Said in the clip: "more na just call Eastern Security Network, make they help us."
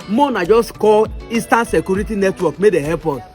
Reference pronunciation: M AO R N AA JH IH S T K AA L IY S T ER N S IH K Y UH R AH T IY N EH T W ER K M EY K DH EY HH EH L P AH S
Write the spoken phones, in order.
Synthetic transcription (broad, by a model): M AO N AA JH IH S T K AA L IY S T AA N S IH K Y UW R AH T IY N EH T W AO K M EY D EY HH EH P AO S